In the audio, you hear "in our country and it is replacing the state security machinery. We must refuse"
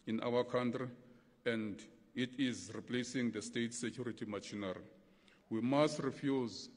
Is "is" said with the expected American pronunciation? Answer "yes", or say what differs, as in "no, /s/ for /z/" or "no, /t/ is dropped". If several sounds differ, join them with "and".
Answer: yes